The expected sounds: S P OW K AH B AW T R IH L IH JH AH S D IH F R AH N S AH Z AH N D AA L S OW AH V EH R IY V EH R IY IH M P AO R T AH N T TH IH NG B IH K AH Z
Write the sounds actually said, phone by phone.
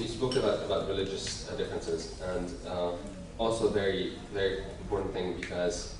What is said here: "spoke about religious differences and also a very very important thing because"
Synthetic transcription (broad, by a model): S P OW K AH B AW T R IH L IH JH AH S D IH F R AH N S AH Z AH N D AA L S OW AH V EH R IY V EH R IY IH M P AO R T N TH IH NG B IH K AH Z